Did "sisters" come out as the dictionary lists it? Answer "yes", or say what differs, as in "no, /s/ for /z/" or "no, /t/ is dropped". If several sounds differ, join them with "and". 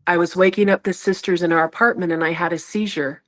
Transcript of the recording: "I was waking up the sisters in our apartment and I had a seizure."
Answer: yes